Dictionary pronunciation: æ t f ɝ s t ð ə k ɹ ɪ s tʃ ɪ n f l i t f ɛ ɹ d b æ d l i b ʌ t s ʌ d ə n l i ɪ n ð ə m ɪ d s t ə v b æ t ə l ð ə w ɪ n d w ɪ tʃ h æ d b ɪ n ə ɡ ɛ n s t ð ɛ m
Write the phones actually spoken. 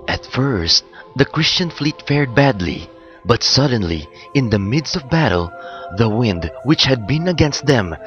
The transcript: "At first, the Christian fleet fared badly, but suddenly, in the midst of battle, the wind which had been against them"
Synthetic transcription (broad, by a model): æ t f ɝ s t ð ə k ɹ ɪ s tʃ ɪ n f l i t f ɛ ɹ d b æ d l i b ʌ t s ʌ d ə n l i ɪ n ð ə m ɪ d s t ə v b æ t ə l ð ə w ɪ n d w ɪ tʃ h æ d b ɪ n ə ɡ ɛ n s t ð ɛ m